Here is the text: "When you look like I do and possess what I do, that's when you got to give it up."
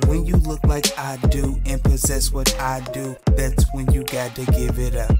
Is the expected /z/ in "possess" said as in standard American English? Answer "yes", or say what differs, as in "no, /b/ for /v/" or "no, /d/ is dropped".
yes